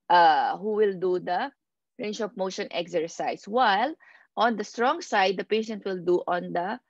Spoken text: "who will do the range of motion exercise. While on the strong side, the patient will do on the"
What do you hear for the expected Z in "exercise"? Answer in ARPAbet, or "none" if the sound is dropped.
S